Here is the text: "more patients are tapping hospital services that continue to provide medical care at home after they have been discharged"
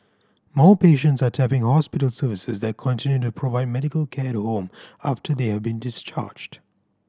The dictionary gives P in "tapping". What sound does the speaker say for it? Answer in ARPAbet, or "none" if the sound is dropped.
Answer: P